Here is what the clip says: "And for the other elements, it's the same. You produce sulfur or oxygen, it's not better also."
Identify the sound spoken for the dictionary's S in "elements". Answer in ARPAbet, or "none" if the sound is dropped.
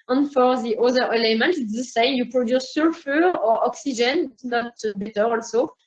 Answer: none